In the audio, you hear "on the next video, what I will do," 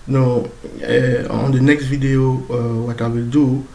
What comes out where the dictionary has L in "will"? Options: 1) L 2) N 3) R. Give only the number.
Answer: 1